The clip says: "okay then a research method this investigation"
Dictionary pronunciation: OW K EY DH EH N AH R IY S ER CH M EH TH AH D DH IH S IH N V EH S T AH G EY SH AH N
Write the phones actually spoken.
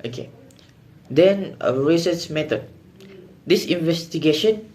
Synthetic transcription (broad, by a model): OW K EY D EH N AH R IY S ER S M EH T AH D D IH S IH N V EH S T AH G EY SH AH N